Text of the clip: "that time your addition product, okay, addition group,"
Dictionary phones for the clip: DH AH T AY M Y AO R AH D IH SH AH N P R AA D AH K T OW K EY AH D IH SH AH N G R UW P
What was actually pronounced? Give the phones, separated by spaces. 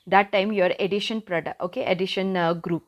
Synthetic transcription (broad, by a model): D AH T AY M Y AO R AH D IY SH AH N P R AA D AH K OW K EY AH D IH SH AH N G R UW P